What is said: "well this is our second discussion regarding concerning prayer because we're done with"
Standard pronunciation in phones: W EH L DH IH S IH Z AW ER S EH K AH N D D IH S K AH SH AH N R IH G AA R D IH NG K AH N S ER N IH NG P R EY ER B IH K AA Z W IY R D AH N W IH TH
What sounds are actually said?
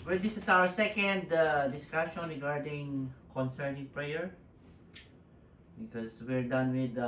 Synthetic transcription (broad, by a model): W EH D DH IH S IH S AW ER S EH K AH N D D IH S K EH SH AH N R IH G AA R D IH NG K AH N S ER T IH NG P R EY ER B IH K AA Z W IY R D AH N W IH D